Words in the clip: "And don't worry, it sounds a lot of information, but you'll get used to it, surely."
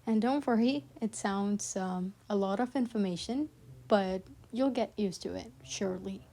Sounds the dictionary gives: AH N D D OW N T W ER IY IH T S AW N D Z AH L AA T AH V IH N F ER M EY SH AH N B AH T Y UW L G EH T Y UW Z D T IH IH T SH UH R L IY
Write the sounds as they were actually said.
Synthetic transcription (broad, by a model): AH N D D OW N T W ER IY IH T S AW N D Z AH L AA T AH V IH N F ER M EY SH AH N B AH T Y UW L G EH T Y UW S T IH IH T SH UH R L IY